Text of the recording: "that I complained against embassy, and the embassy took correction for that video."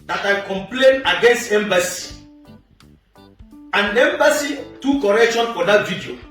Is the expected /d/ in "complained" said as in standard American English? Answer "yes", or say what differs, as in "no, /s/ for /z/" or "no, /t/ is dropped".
no, /d/ is dropped